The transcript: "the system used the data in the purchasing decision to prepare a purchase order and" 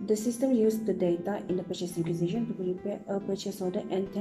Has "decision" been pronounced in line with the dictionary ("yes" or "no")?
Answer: no